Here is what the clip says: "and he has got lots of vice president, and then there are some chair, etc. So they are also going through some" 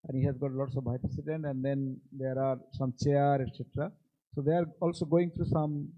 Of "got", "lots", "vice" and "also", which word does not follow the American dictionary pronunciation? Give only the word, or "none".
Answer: vice